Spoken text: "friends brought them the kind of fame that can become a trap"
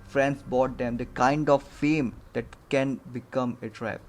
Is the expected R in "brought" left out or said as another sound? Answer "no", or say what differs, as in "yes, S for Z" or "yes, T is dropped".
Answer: yes, R is dropped